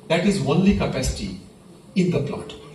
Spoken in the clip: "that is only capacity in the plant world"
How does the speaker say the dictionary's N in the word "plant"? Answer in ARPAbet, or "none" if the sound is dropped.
none